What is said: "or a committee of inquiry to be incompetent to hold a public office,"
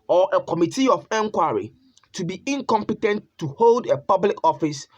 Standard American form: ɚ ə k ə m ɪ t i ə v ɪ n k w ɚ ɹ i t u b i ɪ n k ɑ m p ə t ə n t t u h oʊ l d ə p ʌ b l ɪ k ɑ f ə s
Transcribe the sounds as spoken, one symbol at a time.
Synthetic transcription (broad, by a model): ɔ ə k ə m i t i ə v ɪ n k w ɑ ɹ i t u b i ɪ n k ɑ m p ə t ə n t t u h oʊ l d ə p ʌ b l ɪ k ɑ f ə s